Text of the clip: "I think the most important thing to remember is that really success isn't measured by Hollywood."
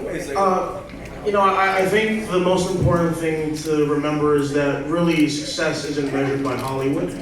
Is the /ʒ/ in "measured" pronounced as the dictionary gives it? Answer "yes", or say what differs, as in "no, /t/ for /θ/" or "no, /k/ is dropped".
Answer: yes